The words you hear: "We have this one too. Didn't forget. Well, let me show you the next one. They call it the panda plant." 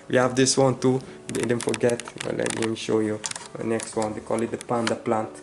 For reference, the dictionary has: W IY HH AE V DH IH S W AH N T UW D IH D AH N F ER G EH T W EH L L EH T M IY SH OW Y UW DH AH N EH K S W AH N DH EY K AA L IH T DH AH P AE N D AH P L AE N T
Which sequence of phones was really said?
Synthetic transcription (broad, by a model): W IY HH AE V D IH S W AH N T UW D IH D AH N F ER G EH T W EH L L EH T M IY SH OW Y UW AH N EH K S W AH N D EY K AA L IH T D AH P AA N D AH P L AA N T